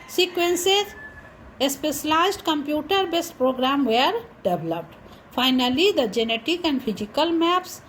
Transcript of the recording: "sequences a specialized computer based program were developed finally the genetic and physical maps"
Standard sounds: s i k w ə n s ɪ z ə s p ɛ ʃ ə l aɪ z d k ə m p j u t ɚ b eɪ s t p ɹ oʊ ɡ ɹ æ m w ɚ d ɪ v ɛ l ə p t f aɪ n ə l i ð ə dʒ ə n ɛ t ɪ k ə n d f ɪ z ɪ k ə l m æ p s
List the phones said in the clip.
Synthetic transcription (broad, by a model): s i k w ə n s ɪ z ə s p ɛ s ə l aɪ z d k ə m p j u t ɚ b eɪ s t p ɹ oʊ ɡ ɹ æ m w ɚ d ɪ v l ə p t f aɪ n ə l i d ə dʒ ə n ɛ t ɪ k ə n d p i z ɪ k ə l m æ p s